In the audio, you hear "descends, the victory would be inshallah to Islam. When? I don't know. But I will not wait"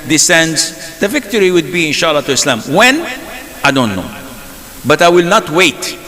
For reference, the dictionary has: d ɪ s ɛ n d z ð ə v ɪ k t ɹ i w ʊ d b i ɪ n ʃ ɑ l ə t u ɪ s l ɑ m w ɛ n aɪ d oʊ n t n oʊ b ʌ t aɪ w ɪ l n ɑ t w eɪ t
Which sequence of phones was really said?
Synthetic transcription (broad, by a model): d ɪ s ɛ n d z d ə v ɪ k t ɹ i w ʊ d b i ɪ n ʃ ɑ l ə t u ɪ s l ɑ m w ɛ n aɪ d oʊ n t n oʊ b ʌ t aɪ w ɪ l n ɑ t w eɪ t